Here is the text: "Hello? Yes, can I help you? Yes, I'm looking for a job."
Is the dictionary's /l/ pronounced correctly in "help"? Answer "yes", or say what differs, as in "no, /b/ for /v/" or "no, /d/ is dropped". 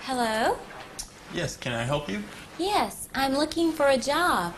yes